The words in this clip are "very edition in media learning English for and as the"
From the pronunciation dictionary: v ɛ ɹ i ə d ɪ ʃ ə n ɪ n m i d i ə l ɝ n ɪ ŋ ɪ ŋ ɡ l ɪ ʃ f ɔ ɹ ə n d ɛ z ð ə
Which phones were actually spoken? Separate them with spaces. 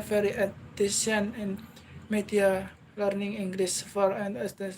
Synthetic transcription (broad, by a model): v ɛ ɹ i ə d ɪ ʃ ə n ɪ n m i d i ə l ɝ n ɪ ŋ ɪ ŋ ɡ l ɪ s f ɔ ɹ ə n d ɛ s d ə